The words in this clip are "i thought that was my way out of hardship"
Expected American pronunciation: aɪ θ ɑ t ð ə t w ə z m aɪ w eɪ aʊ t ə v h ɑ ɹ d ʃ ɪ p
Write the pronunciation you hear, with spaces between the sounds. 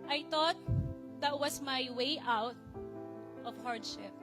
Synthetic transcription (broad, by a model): aɪ t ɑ t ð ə t w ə s m aɪ w eɪ aʊ t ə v h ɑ ɹ d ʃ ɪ p